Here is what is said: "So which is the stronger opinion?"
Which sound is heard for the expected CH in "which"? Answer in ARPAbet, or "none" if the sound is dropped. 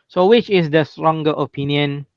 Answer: CH